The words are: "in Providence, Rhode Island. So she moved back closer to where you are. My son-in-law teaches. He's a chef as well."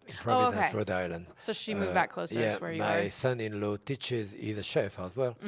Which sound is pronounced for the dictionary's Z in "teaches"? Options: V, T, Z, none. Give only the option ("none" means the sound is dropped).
Z